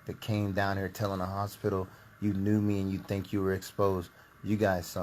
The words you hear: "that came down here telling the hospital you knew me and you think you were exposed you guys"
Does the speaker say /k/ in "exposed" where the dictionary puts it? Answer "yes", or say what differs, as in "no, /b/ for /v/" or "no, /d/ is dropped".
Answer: yes